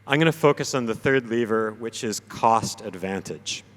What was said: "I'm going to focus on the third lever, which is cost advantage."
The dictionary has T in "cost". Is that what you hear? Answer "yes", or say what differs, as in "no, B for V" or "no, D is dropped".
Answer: yes